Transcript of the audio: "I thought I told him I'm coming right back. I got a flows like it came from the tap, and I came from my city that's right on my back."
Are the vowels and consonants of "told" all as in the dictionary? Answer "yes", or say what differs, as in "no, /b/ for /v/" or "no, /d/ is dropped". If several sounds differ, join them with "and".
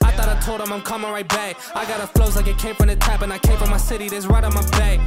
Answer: yes